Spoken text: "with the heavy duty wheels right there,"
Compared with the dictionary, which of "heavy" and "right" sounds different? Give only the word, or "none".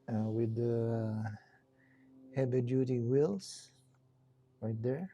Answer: heavy